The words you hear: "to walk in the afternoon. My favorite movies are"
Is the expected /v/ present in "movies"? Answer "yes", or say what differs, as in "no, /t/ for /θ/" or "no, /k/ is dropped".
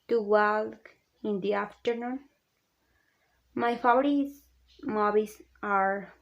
no, /b/ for /v/